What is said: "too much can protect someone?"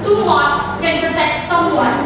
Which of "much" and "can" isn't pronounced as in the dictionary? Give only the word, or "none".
much